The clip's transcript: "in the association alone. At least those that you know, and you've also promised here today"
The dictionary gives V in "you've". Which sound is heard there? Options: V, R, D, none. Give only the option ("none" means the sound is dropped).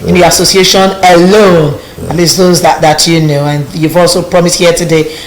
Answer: V